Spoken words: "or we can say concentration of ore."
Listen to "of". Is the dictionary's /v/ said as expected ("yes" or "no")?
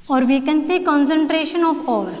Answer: no